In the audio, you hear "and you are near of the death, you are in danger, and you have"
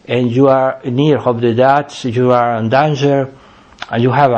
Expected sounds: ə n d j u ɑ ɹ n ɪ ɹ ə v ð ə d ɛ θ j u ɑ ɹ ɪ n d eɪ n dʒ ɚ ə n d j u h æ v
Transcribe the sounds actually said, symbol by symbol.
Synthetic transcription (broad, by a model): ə n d j u ɑ ɹ n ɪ ɹ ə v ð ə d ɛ s j u ɑ ɹ ɪ n d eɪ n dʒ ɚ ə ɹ j u h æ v